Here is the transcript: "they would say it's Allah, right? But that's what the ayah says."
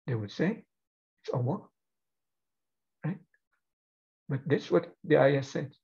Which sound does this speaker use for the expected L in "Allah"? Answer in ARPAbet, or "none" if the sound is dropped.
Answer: W